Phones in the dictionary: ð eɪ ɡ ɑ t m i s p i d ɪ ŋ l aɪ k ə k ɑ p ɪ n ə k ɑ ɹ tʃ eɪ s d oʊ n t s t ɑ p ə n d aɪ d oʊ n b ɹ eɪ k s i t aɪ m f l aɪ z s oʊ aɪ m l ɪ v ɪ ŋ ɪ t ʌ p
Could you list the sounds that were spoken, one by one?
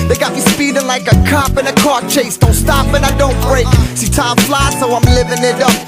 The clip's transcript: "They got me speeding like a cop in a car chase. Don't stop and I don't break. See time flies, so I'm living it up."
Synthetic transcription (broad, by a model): ð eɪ ɡ ɑ t m i s p i d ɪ l aɪ k ə k ɑ p ɪ n ə k ɑ ɹ tʃ eɪ s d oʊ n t s t ɑ p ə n aɪ d oʊ n b ɹ eɪ k s i t aɪ m f l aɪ s oʊ aɪ m l ɪ v ɪ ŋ ɪ t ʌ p